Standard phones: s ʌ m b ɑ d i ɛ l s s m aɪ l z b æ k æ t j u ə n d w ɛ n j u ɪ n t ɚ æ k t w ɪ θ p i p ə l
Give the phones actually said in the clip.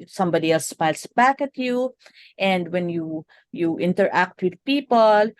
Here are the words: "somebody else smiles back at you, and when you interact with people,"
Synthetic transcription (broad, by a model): s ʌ m b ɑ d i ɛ l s s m aɪ l s b æ k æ t j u ə n d w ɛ n j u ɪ n t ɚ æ k t w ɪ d p i p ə l